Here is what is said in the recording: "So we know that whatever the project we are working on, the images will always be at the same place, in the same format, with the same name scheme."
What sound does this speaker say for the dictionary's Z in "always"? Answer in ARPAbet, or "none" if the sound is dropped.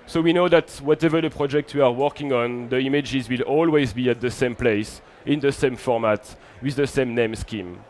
Z